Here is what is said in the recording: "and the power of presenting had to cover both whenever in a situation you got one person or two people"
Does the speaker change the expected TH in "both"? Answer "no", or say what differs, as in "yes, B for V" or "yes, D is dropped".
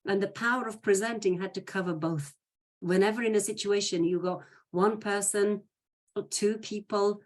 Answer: no